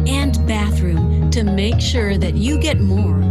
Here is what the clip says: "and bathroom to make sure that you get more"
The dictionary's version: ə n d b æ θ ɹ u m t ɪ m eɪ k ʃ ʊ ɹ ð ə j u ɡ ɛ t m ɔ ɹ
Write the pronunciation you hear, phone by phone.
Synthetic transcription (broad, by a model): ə n b æ θ ɹ u m t ɪ m eɪ k ʃ ʊ ɹ ð ə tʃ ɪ ɡ ɛ t m ɔ ɹ